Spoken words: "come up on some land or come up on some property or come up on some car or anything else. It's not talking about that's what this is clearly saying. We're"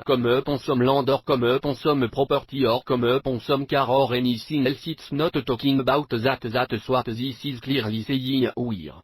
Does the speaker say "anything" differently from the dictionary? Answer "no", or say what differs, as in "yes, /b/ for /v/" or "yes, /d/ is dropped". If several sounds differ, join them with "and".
yes, /s/ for /θ/